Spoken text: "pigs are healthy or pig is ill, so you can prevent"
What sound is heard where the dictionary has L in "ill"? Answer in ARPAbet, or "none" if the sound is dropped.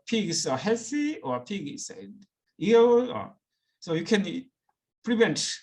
N